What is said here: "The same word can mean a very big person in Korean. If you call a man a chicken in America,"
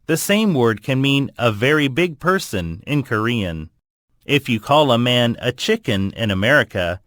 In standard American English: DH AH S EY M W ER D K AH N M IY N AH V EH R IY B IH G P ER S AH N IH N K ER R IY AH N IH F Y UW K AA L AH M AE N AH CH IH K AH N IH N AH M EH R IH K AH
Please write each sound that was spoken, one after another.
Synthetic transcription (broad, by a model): DH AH S EY M W ER D K AH N M IY N AH V EH R IY B IH G P ER S AH N IH N K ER R IY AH N IH F Y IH K AA L AH M AE N AH CH IH K AH N IH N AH M EH R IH K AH